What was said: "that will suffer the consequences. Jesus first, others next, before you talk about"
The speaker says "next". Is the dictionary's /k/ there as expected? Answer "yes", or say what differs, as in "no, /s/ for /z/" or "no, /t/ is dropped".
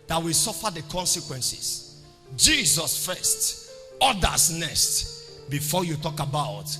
no, /k/ is dropped